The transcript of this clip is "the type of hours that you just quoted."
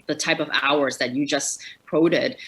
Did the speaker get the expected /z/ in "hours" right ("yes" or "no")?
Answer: yes